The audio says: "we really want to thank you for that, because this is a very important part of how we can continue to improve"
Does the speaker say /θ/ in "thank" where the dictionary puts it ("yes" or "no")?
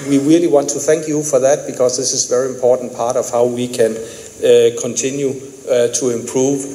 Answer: yes